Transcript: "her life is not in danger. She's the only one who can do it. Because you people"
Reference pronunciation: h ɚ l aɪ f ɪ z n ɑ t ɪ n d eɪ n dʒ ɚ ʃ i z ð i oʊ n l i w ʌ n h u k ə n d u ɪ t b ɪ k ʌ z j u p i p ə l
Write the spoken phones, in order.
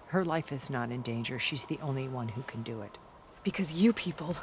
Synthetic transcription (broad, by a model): h ɚ l aɪ f ɪ z n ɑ t ɪ n d eɪ n dʒ ɚ ʃ i z ð i oʊ n l i w ʌ n h u k ə n d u ɪ t b ɪ k ʌ z j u p i p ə l